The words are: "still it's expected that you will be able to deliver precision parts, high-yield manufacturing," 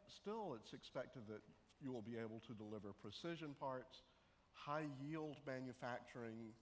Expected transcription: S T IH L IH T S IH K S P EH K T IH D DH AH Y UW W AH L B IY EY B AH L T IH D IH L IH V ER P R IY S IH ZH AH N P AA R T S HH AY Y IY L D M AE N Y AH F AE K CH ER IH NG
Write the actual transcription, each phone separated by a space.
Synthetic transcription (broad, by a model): S T IH L IH T S IH K S P EH K T IH D DH AH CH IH W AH L B IY EY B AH L T IH D IH L IH V ER P R IY S IH ZH AH N P AA R T S HH AY Y IY L D M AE N Y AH F AE K CH ER IH NG